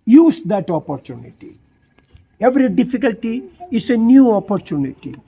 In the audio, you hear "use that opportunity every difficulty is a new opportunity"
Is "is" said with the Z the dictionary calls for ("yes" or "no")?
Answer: no